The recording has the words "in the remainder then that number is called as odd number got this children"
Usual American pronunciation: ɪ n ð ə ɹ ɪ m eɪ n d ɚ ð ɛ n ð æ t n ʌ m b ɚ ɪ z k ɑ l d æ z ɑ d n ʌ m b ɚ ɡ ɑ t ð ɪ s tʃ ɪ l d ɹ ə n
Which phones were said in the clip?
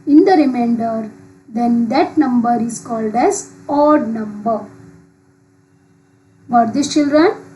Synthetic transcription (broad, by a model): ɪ n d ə ɹ ɪ m eɪ n d ɚ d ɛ n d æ t n ʌ m b ɚ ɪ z k ɑ l d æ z ɑ d n ʌ m b ɚ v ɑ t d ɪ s tʃ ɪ l d ɹ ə n